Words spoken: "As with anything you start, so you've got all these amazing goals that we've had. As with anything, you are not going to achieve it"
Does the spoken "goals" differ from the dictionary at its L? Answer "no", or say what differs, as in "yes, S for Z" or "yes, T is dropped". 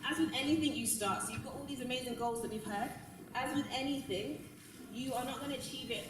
no